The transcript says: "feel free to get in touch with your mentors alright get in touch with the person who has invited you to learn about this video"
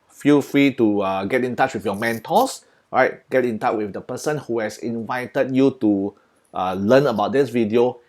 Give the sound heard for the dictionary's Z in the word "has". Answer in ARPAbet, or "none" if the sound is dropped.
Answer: S